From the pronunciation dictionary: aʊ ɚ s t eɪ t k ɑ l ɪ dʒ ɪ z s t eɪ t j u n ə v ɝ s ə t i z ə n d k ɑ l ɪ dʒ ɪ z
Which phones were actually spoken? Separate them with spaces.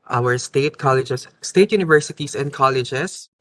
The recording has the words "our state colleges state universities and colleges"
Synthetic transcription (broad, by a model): aʊ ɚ s t eɪ t k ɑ l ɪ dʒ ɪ s t eɪ t j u n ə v ɝ s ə t i s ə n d k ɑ l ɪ dʒ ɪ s